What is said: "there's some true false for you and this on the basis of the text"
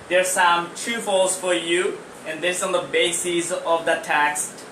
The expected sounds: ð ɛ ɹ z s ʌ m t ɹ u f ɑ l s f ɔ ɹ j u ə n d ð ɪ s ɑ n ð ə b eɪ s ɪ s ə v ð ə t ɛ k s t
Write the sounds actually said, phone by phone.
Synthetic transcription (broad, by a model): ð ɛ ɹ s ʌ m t u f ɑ l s f ɔ ɹ j u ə n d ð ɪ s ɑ n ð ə b eɪ s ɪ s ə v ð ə t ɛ k s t